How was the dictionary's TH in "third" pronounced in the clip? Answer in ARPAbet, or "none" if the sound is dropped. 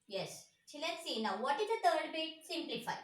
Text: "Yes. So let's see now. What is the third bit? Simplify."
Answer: T